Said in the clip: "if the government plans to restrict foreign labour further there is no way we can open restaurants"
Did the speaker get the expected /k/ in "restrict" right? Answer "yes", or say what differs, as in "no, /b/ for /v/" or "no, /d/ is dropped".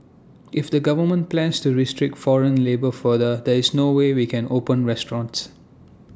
yes